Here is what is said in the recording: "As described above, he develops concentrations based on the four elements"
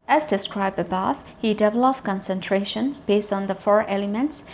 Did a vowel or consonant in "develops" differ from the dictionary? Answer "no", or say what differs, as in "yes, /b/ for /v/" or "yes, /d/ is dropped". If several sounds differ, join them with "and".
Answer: yes, /s/ is dropped